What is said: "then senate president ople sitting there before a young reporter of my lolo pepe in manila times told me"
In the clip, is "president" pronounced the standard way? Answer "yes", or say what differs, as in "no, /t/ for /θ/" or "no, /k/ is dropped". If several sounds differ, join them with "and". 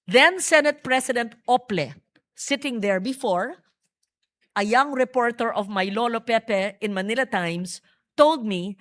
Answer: no, /s/ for /z/